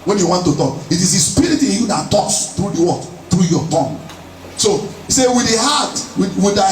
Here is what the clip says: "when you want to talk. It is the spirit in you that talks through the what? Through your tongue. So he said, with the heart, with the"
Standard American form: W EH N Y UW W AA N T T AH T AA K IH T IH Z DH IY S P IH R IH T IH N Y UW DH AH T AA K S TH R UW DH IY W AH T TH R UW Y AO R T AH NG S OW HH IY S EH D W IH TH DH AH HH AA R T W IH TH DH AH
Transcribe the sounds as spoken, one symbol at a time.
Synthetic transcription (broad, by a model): W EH N Y UW W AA N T T AH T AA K IH T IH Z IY S P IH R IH T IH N Y UW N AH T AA S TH R UW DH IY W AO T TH R UW Y AO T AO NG S OW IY S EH W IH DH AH HH AA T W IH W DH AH